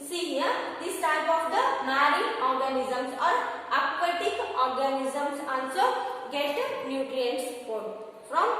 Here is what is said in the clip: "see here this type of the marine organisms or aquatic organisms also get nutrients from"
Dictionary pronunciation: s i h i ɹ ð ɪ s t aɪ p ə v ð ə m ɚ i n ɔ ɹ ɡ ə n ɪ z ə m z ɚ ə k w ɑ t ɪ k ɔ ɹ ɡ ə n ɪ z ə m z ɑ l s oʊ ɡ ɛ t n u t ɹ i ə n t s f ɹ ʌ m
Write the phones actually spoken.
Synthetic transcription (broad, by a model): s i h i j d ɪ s t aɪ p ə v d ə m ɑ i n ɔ ɹ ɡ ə n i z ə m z ɚ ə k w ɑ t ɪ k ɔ ɹ ɡ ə n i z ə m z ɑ n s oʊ ɡ ɛ t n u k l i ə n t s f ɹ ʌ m